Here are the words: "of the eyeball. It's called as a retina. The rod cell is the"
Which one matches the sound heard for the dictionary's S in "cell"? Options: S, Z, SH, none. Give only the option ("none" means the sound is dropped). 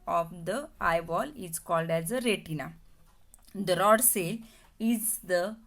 S